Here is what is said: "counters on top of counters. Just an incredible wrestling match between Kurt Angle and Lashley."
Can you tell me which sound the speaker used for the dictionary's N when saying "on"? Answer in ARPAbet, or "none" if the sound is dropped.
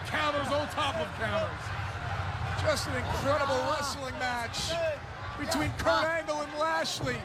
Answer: L